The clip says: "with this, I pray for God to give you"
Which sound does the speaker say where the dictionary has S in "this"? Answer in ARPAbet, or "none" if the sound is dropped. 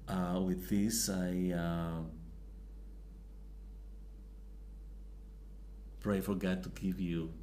S